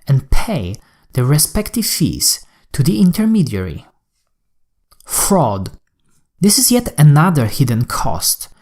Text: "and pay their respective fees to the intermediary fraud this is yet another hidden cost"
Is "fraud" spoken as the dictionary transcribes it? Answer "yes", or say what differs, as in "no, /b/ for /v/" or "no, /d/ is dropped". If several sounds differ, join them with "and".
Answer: yes